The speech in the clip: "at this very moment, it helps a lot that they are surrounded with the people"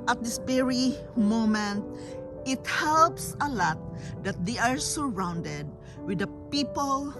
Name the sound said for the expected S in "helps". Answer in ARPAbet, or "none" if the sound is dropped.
S